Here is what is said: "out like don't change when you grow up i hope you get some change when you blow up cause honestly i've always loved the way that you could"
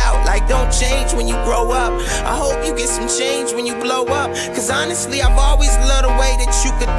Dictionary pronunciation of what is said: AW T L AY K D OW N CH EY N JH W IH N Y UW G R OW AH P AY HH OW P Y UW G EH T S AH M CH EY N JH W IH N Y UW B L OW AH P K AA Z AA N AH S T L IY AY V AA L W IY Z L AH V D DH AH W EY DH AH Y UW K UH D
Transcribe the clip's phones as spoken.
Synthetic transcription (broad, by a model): AW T L AY K D OW N CH EY N JH W IH N Y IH G R OW AH P AY HH OW P Y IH G EH T S AH M CH EY N JH W IH N Y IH B L OW AH P K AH Z AA N AH S T L IY AY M AA L W IY Z L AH D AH W EY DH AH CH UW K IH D